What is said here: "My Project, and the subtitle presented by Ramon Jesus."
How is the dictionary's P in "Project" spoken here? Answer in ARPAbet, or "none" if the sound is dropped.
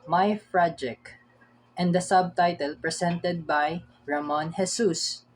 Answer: F